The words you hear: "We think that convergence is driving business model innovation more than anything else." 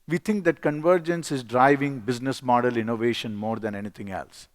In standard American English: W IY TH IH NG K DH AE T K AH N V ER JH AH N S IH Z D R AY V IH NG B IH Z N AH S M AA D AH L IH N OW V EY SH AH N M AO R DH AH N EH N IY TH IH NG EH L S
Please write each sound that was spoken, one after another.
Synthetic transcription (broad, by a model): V IY T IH NG K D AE T K AH N V ER JH AH N S IH Z D R AY V IH NG B IH Z N AH S M AA D AH L IH N OW V EY SH AH N M AO R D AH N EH N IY T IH NG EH L S